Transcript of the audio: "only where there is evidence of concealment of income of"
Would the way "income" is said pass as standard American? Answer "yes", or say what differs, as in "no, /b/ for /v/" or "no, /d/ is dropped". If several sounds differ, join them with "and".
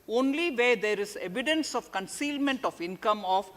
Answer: yes